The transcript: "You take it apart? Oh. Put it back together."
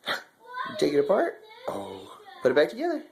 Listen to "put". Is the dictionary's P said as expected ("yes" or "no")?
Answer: no